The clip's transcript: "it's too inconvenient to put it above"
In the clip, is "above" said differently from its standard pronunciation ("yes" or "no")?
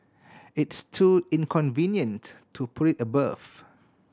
yes